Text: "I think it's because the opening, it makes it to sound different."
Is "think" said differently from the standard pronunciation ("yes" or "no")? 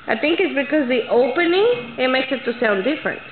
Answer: yes